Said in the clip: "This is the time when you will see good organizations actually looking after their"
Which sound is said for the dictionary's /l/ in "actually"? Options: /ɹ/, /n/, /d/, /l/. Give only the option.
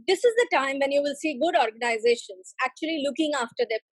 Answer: /l/